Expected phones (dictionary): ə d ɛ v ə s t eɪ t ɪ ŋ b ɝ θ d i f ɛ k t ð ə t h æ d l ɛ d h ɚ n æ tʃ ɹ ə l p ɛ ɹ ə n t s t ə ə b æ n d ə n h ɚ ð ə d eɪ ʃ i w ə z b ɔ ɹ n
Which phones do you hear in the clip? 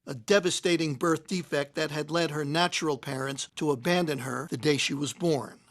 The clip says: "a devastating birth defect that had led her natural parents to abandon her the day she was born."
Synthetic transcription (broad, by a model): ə d ɛ v ə s t eɪ t ɪ ŋ b ɝ θ d i f ɛ k t ð ə t h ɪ d l ɛ d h ɚ n æ tʃ ɹ l p ɛ ɹ ə n t s t ə ə b æ n d ə n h ɚ ð ə d eɪ ʃ i w ə z b ɔ ɹ n